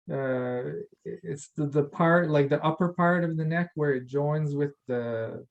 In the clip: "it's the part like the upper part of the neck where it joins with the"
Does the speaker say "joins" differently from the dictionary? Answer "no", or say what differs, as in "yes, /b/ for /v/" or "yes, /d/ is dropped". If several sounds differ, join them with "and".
no